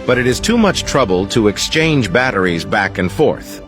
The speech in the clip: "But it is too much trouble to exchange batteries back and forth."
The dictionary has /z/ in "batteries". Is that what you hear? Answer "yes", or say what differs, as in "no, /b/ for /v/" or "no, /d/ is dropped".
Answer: yes